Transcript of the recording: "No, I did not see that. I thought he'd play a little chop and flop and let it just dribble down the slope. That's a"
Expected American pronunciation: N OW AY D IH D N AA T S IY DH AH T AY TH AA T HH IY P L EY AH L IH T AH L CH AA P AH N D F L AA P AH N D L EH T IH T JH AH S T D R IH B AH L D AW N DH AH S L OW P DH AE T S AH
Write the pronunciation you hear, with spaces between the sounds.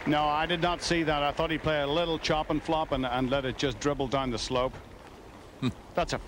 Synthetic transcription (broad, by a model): N OW AY D IH D N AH T S IY DH AH T AY TH AA T HH IY P L EY AH L IH T L CH AA P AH N F L AA P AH N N L EH T IH T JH AH S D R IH B L D AW N DH AH S L OW P DH AE T S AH